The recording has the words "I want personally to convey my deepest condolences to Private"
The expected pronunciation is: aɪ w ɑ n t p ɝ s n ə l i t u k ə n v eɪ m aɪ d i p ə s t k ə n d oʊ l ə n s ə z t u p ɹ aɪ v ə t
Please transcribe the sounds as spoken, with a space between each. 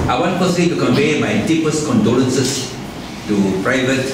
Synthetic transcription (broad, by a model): aɪ w ɑ n t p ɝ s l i t u k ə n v eɪ m aɪ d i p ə s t k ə n d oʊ n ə n s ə s t u p ɹ aɪ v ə t